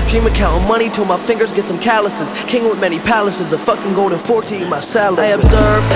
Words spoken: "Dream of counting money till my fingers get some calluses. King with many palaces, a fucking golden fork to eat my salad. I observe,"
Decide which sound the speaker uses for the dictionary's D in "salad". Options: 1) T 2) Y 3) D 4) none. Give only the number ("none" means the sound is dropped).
4